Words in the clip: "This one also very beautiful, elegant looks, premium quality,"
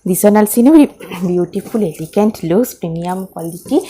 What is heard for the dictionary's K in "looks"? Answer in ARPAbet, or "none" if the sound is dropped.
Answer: none